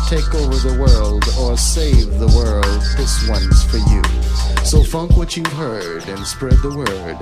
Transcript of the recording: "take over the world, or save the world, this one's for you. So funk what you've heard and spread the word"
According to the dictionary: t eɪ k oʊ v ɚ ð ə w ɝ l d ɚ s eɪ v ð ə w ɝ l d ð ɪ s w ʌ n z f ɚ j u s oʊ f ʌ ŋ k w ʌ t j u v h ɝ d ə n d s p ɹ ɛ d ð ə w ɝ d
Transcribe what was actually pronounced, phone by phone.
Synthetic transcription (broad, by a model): t eɪ k oʊ v ɚ ð ə w ɝ l d ɚ s eɪ v ð ə w ɝ l d ð ɪ s w ʌ n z f ɚ j u s oʊ f ʌ ŋ k w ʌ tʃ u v h ɝ d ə n s p ɹ ɛ d ð ə w ɝ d